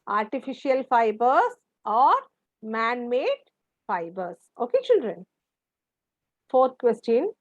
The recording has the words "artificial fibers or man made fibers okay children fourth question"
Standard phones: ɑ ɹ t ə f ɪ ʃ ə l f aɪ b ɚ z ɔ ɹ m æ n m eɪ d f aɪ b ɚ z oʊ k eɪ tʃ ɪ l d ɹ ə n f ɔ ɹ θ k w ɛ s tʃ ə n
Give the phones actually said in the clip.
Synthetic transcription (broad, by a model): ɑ ɹ t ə f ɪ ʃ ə l f aɪ b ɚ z ɔ ɹ m æ n m eɪ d f aɪ b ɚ s oʊ k eɪ tʃ ɪ l d ɹ ə n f ɔ ɹ t k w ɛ s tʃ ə n